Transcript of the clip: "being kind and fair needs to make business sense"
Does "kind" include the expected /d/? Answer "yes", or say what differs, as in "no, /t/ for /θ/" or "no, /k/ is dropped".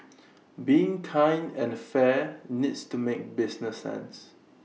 no, /d/ is dropped